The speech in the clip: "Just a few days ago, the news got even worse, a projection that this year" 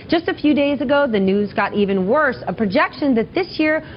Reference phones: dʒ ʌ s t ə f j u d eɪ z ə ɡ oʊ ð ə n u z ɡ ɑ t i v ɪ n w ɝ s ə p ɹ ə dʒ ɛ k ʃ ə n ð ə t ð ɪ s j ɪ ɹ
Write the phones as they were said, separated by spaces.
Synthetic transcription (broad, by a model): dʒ ʌ s t ə f j u d eɪ z ə ɡ oʊ ð ə n u z ɡ ɑ t i v ɪ n w ɝ s ə p ɹ ə dʒ ɛ k ʃ ə n ð ə t ð ɪ s j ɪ ɹ